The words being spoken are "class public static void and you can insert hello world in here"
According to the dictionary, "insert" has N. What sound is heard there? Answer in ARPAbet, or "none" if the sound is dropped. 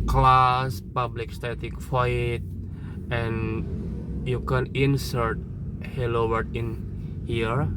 N